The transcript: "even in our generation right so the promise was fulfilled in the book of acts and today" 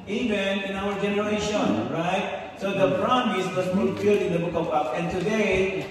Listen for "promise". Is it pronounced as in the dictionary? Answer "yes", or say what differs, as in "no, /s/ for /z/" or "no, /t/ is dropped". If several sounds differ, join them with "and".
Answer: no, /b/ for /p/